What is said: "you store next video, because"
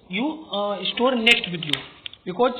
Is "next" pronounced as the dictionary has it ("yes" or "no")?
yes